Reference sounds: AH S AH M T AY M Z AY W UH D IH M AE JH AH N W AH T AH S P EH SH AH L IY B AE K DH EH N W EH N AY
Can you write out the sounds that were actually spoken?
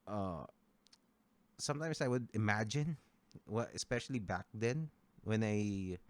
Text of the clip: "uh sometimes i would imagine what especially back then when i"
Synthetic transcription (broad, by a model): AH S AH M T AY M S AY W UH D IH M AE JH AH N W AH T AH S P EH SH AH L IY B AE K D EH N W EH N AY